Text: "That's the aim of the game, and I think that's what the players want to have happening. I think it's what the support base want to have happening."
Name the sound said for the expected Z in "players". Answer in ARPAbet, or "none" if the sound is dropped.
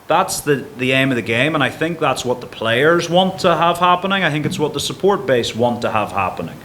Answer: Z